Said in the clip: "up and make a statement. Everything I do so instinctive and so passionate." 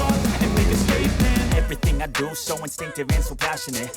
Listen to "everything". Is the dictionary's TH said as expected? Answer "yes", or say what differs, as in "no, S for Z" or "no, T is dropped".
yes